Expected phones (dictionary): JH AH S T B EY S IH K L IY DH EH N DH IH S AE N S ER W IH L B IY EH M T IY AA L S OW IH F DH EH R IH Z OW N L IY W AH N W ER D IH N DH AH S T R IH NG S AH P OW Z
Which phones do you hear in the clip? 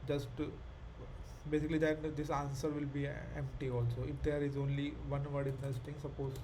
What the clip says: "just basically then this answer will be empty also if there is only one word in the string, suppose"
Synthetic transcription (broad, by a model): JH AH S T B EY S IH K L IY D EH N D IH S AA N S ER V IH L B IY EH M T IY AA L S OW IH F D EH R IH Z OW N L IY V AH N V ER D IH N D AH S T IH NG S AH P OW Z